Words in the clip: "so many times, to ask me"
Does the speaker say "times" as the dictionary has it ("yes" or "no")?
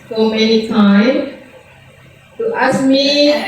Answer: no